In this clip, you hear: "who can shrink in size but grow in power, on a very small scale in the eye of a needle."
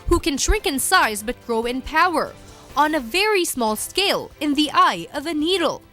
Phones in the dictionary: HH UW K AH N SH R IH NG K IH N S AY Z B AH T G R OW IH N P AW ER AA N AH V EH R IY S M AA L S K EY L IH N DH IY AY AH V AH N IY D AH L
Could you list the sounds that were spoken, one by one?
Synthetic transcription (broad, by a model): HH UW K AH N SH R IH NG K IH N S AY Z B AH T G R OW IH N P AW ER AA N AH V EH R IY S M AA L S K EY L IH N DH IY AY AH V AH N IY D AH L